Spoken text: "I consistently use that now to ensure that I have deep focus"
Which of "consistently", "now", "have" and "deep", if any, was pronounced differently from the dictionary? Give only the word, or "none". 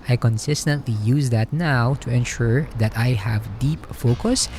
none